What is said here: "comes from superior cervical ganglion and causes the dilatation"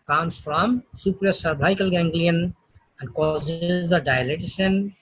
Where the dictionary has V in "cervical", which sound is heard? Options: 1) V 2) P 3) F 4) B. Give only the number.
4